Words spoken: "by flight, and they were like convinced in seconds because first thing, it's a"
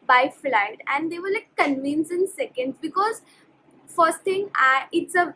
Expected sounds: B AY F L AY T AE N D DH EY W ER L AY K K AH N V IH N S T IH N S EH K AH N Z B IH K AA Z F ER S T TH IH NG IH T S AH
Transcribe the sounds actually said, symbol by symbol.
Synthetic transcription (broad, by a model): B AY F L AY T AE N D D EY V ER L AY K K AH N V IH N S IH N S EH K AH N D B IH K AA Z F ER S T T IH NG IH T S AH